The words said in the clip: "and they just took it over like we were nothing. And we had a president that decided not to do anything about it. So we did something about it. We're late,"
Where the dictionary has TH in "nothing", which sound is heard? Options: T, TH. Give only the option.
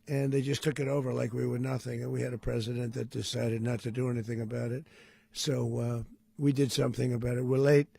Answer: TH